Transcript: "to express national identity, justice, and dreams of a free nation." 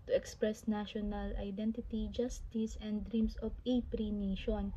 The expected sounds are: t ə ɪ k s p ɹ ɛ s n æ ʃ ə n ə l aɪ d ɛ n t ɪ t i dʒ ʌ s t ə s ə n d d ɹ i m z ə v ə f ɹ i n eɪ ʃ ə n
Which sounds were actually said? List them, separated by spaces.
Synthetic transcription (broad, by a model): t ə ɪ k s p ɹ ɛ s n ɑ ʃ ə n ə l aɪ d ɛ n t ɪ t i dʒ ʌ s t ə s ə n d d ɹ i m s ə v ə p ɹ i n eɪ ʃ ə n